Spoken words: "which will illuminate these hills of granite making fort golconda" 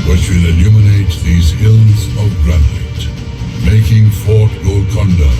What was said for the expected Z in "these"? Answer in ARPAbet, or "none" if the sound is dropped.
Z